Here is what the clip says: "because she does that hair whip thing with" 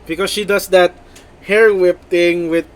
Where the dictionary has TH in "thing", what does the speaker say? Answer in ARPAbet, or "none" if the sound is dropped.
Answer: T